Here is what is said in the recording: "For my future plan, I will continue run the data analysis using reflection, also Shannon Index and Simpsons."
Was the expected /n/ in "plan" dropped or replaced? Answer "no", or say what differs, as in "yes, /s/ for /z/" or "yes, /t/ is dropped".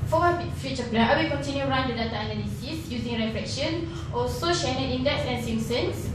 yes, /n/ is dropped